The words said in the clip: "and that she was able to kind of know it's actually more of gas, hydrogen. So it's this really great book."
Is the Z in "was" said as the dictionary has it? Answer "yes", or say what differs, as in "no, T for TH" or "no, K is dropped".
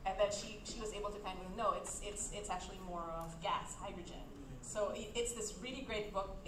yes